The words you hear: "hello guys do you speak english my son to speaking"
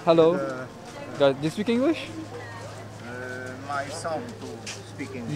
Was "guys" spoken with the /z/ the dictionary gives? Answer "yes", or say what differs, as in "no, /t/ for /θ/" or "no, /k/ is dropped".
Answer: no, /z/ is dropped